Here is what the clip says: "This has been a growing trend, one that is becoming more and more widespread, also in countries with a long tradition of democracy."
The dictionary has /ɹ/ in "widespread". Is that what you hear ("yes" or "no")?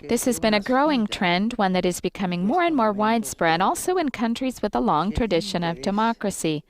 yes